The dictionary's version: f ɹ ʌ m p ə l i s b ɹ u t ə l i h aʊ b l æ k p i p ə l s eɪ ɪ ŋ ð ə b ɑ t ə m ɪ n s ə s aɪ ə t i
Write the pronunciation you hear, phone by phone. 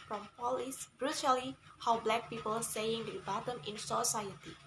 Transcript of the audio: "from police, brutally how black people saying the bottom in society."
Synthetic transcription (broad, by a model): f ɹ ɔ m p ə l i s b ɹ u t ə l i h aʊ b l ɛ k p i p ə l s eɪ ɪ ŋ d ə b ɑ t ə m ɪ n s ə s aɪ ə t i